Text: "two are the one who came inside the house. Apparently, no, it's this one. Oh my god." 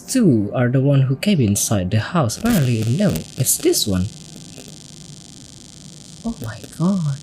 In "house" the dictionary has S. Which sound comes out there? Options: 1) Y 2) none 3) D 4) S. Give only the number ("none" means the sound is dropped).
4